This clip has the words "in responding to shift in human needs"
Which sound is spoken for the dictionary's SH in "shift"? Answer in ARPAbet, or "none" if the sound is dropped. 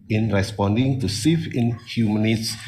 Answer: S